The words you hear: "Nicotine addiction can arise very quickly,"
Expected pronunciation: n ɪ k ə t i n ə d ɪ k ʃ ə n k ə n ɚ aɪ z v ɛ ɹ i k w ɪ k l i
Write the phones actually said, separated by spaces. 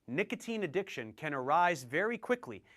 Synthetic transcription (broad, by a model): n ɪ k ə t i n ə d ɪ k ʃ ə n k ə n ɚ aɪ z v ɛ ɹ i k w ɪ k l i